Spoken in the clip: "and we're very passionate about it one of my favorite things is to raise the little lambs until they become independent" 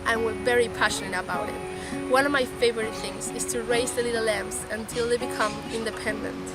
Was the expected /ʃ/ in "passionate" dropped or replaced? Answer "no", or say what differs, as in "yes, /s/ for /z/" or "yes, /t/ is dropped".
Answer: no